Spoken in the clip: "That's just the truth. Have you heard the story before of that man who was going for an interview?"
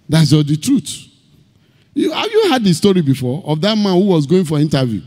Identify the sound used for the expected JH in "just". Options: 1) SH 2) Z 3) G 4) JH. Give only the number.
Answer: 2